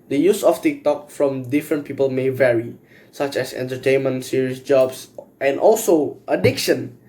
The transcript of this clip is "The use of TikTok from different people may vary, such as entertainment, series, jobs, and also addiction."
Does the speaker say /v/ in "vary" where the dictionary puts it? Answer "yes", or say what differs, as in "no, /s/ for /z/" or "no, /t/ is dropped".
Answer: yes